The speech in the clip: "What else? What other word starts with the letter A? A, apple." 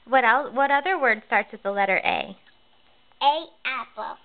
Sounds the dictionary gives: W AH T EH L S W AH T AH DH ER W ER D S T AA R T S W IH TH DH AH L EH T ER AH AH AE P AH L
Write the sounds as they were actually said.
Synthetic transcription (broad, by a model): W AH T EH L W AH T AH DH ER W ER D S T AA R T S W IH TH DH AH L EH T ER AH AH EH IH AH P